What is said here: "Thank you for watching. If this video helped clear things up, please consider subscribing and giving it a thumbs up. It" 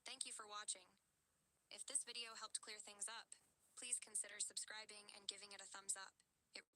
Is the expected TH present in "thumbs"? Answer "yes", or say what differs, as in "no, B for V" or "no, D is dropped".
yes